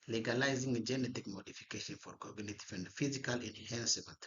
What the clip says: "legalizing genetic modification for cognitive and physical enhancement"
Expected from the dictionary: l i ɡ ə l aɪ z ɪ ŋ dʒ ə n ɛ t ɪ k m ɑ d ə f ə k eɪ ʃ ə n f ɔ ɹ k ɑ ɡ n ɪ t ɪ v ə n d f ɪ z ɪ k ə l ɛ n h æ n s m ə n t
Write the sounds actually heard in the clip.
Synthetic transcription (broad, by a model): l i ɡ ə l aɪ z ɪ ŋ dʒ ə n ɛ t ɪ k m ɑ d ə f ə k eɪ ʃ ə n f ɔ ɹ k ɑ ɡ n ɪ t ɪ f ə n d f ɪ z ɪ k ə l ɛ n h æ n s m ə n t